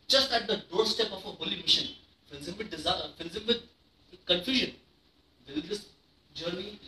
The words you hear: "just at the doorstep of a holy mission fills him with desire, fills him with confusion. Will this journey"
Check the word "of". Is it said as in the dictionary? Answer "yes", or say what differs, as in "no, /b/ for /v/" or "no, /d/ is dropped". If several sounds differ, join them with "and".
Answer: no, /f/ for /v/